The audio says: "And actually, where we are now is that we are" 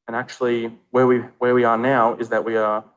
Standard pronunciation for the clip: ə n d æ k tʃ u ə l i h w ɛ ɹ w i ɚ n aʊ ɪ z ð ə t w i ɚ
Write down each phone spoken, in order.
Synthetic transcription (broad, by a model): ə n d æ k tʃ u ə w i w w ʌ ɹ w i ɚ n aʊ ɪ z ð ə t w i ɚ